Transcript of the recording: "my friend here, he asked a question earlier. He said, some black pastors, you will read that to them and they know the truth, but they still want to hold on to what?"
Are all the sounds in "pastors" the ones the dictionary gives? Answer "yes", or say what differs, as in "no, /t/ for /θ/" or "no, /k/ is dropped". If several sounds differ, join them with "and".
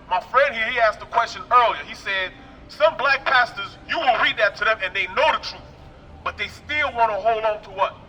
yes